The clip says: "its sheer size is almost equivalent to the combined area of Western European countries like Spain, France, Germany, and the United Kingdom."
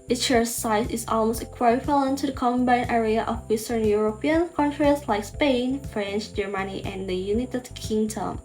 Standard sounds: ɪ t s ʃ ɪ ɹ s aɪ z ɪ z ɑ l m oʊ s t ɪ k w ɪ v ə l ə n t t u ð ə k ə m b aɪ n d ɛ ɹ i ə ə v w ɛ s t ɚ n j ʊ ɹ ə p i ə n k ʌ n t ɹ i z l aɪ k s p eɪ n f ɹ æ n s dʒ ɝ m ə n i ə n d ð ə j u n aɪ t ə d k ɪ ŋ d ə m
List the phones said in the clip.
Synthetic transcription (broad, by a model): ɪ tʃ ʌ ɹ s aɪ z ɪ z ɑ l m oʊ s t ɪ k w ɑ f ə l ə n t t u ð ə k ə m b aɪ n ɛ ɹ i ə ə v w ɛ s t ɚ n j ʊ ɹ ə p i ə n k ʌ n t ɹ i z l aɪ k s p eɪ n f ɹ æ n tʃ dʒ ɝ m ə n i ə n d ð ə j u n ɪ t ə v k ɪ ŋ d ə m